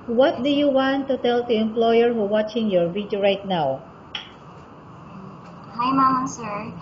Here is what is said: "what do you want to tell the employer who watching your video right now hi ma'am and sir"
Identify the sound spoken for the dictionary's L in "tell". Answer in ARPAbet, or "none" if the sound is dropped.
L